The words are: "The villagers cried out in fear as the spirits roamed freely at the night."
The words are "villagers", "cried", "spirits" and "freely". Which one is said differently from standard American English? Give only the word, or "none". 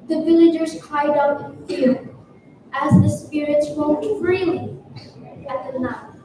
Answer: cried